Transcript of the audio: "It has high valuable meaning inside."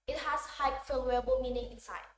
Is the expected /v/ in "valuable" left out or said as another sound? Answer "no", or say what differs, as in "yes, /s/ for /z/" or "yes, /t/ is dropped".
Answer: yes, /f/ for /v/